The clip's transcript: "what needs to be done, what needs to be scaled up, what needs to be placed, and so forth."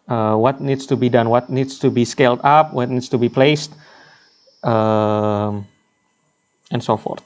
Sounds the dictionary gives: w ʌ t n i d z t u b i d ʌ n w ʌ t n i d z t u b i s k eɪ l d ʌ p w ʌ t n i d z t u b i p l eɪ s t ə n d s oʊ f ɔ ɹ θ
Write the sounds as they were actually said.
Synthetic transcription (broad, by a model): w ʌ t n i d s t u b i d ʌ n w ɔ t n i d s t u b i s k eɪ l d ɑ p w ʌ t n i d s t u b i p l eɪ s t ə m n s oʊ f ɔ ɹ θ